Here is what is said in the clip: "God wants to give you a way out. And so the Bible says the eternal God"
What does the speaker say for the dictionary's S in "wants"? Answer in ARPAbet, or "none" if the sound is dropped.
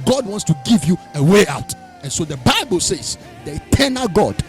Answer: S